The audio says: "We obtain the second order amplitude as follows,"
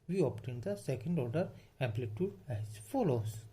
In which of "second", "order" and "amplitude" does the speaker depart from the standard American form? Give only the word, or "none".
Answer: none